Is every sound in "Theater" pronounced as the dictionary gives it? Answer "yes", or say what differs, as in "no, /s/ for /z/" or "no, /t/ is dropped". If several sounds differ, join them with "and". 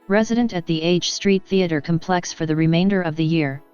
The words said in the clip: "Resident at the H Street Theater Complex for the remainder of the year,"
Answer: yes